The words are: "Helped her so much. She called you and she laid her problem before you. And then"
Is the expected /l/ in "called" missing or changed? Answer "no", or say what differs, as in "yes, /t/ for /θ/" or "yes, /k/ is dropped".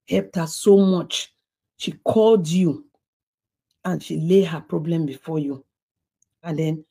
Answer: no